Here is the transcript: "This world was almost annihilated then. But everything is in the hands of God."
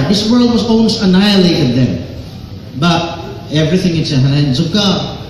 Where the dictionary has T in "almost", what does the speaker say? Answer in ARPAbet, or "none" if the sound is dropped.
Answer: none